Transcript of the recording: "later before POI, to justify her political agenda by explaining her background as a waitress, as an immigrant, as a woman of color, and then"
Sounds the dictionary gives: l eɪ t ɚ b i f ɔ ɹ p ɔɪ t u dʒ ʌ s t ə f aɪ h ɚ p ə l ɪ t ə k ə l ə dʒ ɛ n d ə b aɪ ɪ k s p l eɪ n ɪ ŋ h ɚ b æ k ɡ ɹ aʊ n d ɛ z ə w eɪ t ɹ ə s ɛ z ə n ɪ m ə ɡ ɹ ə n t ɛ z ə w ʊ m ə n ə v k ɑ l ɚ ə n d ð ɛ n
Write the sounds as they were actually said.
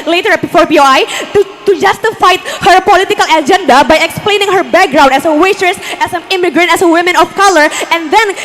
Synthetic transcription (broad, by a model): l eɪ t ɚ b i f ɔ ɹ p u t u dʒ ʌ s t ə f aɪ h ɚ p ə l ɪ t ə k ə l ə dʒ ɛ n d ə b aɪ ɪ k s p l eɪ n ɪ ŋ h ɚ b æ k ɡ ɹ aʊ n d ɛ s ə w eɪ s ɹ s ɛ s ə n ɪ m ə ɡ ɹ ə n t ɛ s ə w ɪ m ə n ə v k ɑ l ɚ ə n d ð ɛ n